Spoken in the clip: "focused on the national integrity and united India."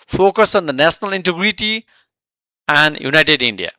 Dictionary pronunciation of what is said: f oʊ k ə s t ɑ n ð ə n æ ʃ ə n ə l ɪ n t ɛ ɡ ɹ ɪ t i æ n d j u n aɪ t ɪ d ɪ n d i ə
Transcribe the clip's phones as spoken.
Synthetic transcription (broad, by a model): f oʊ k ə s ɑ n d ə n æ s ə n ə l ɪ n t ɛ ɡ ɹ ɪ t i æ n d j u n aɪ t ɪ d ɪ n d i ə